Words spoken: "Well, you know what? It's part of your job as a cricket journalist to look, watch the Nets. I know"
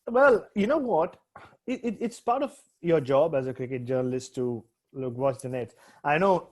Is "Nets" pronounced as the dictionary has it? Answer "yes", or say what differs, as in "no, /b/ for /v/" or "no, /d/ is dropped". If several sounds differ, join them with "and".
no, /s/ is dropped